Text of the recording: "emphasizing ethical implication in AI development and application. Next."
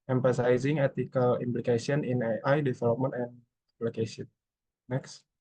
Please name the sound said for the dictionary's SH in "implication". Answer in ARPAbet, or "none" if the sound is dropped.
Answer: S